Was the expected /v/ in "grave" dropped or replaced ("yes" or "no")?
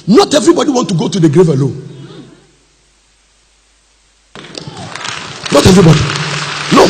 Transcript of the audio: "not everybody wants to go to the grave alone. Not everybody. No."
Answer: no